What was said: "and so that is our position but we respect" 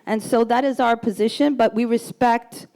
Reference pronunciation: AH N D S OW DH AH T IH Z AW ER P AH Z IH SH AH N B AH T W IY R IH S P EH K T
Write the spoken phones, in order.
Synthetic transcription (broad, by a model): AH N S OW DH AH T IH Z AW ER P AH Z IH SH AH N B AH T W IY R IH S P EH K T